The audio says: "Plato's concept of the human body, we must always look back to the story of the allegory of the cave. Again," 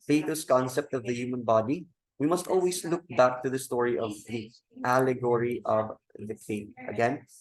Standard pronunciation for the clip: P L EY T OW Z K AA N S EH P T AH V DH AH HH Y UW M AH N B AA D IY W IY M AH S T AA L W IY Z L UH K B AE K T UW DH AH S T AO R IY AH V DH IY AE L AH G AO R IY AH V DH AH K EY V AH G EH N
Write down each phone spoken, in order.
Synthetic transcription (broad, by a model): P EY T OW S K AA N S EH P T AH V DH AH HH Y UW M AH N B AA D IY W IY M AH S T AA L W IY S L UH K B AE K T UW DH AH S T AO R IY AH V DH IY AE L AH G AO R IY AH V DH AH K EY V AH G EH N